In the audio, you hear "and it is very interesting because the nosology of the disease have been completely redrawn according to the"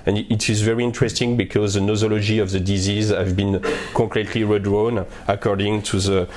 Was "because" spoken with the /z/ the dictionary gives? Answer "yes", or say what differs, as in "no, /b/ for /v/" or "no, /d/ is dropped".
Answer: yes